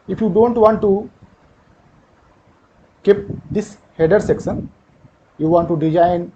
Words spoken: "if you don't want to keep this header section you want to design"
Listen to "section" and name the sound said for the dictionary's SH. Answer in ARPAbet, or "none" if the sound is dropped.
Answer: S